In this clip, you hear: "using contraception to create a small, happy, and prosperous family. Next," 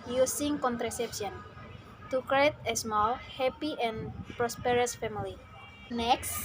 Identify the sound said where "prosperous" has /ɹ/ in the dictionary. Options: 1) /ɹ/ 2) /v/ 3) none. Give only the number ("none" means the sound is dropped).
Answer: 1